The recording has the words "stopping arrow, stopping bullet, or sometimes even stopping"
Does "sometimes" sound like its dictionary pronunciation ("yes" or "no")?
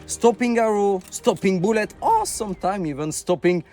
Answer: no